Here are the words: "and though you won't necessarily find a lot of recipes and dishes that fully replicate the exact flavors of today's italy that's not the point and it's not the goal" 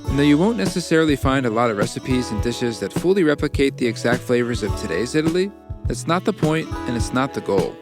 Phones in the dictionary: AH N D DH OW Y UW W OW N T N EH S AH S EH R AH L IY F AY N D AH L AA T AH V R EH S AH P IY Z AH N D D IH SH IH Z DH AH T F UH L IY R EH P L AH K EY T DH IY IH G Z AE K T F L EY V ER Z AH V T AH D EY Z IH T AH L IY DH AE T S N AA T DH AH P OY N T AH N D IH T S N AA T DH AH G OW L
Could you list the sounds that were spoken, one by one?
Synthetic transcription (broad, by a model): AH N DH OW Y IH W OW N N EH S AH S EH R L IY F AY N D AH L AA T AH V R EH S AH P IY Z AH N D D IH SH IH Z DH AH T F UH L IY R EH P L AH K EY T DH IY IH G Z AE K T F L EY V ER Z AH V T AH D EY Z IH T L IY DH AE T S N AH T DH AH P OY N T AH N IH T S N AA T DH AH G OW L